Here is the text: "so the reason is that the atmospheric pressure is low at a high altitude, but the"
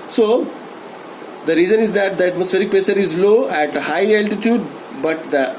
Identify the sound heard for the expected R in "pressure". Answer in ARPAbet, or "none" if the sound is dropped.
none